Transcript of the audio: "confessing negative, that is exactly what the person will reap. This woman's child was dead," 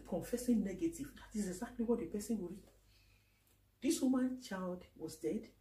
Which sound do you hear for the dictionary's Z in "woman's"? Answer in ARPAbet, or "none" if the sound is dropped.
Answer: none